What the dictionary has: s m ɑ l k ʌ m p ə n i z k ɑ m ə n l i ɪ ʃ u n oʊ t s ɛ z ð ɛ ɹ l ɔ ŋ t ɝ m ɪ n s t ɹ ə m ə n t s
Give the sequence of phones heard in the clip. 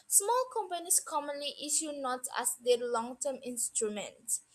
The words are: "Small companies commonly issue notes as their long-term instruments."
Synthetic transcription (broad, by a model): s m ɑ l k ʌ m p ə n i s k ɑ m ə n l i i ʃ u n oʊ t ɛ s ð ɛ l ɔ ŋ t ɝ m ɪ n s t ɹ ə m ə n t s